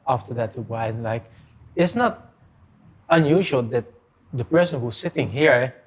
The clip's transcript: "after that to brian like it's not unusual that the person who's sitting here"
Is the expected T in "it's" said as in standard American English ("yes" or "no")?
yes